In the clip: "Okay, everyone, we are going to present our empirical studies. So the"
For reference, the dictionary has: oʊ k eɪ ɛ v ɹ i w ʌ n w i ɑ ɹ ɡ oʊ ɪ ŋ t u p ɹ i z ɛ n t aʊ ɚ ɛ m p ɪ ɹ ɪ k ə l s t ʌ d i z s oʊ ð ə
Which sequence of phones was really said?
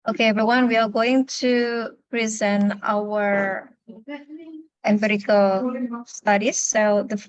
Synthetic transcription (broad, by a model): oʊ k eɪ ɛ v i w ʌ n w i ɑ ɹ ɡ oʊ ɪ ŋ t u p ɹ i z ɛ n t aʊ ɚ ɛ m b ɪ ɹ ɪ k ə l s t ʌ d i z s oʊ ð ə